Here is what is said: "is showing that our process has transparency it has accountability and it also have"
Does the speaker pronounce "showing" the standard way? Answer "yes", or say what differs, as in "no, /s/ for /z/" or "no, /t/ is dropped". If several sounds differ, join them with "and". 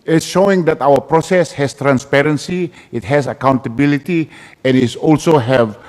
yes